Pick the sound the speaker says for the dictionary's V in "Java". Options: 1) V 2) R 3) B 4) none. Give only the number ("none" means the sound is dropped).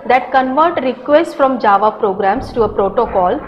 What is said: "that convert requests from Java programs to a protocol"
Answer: 1